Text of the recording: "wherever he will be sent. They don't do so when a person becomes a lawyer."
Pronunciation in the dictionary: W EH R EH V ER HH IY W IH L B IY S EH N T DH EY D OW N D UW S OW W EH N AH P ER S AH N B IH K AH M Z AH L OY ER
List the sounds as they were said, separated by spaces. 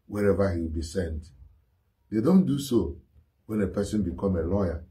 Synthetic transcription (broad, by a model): W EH R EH V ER HH IY W IH L B IY S EH N T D EY D OW N D UW S OW W EH N AH P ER S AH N B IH K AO M AH L OY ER